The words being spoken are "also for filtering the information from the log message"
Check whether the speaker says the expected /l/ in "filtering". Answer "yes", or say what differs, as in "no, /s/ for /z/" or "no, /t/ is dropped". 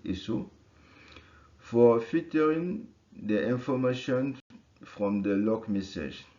no, /l/ is dropped